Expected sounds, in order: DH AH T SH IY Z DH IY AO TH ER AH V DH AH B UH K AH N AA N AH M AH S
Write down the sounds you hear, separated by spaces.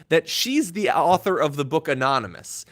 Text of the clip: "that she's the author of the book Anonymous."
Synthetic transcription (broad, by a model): DH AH T SH IY Z DH IY AO TH ER AH V DH AH B UH K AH N AA N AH M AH S